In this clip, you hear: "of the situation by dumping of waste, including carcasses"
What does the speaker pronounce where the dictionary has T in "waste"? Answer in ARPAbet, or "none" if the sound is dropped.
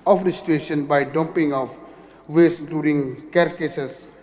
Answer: none